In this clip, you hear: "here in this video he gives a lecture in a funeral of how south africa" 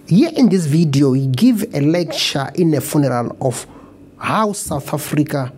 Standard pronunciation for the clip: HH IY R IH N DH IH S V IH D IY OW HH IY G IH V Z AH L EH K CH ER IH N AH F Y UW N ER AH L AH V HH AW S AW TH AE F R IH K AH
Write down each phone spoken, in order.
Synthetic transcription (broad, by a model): HH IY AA IH N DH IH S V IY D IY OW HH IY G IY V AH L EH K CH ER IH N AH F Y UW N ER AH L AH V HH AW S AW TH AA F R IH K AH